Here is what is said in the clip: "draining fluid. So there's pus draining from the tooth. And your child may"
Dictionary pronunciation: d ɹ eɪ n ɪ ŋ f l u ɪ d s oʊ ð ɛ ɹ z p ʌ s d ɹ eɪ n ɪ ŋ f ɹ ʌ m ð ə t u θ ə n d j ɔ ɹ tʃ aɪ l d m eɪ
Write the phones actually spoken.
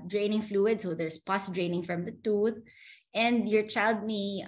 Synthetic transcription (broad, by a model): d ɹ eɪ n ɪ ŋ f l u ɪ d s oʊ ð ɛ ɹ s p ʌ s d ɹ eɪ n ɪ ŋ f ɹ ʌ m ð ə t u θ ə n d j ɔ ɹ tʃ aɪ l d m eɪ